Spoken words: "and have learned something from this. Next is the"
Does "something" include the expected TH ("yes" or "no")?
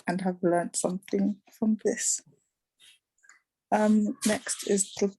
yes